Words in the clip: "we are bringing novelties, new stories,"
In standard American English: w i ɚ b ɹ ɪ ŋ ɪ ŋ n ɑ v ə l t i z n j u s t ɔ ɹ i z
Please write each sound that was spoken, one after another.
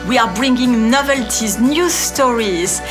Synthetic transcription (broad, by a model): w i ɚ b ɹ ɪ ŋ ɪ ŋ n ɑ v ə l t i z n j u s t ɔ ɹ i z